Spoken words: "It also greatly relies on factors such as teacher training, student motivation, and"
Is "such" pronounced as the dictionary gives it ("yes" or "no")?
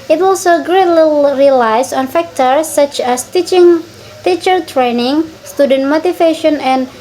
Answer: yes